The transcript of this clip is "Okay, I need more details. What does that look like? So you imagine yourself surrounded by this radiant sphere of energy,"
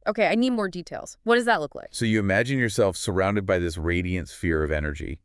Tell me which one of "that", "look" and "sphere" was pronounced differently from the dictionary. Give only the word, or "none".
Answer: none